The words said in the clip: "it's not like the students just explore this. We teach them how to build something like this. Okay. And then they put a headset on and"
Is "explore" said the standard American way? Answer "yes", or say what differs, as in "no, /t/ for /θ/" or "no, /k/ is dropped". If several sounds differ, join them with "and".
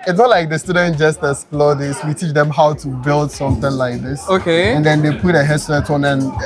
no, /k/ is dropped